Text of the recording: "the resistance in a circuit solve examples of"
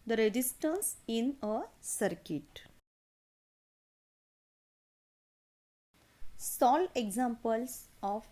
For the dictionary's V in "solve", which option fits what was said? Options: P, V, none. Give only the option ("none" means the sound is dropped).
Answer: none